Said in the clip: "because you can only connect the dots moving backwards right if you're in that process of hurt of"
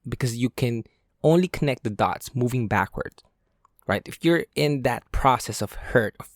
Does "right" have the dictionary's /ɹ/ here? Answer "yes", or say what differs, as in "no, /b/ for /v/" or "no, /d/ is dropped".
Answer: yes